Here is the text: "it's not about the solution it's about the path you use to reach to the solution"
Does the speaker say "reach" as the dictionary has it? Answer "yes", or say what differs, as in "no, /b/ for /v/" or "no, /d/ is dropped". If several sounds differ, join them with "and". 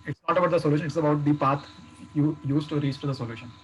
no, /s/ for /tʃ/